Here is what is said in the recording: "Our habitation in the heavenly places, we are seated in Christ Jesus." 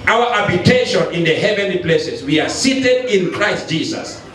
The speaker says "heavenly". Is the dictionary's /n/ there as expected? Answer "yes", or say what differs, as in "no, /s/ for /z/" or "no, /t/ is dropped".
yes